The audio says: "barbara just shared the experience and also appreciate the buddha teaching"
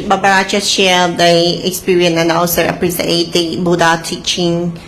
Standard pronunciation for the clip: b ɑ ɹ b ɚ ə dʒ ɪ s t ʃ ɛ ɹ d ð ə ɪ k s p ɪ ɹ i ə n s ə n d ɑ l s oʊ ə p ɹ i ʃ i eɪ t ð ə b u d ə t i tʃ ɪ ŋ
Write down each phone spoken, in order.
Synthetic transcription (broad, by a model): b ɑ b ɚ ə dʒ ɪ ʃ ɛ l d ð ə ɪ k s p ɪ ɹ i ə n ə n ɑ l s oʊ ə p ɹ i s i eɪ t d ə b u d ə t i tʃ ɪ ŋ